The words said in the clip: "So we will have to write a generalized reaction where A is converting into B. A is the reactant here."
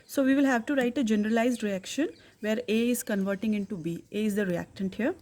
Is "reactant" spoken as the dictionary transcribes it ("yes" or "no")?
yes